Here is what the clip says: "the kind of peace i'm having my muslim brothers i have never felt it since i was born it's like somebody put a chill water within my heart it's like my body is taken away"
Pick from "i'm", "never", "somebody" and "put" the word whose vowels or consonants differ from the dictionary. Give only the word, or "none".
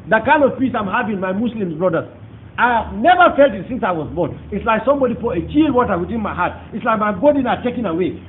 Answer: put